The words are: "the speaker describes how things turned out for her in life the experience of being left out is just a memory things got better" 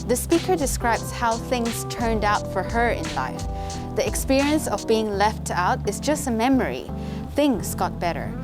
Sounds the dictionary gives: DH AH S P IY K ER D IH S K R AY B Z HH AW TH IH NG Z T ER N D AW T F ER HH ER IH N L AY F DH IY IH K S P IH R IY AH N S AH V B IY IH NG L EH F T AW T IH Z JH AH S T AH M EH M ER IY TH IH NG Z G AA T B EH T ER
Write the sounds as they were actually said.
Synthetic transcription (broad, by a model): DH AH S P IY K ER D IH S K R AY B Z HH AW TH IH NG Z T ER N D AW T F ER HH ER IH N L AY F DH IY IH K S P IH R IY AH N S AH V B IY IH NG L EH F T AW T IH Z JH AH S T AH M EH M ER IY TH IH NG Z G AA T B EH T ER